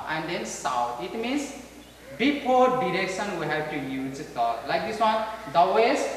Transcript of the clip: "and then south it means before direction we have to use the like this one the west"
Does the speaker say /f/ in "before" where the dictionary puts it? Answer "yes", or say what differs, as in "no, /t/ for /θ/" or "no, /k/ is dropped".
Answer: no, /p/ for /f/